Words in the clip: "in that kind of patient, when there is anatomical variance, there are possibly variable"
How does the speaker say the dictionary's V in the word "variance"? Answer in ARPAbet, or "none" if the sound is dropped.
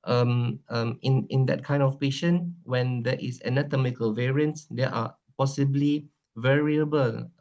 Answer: V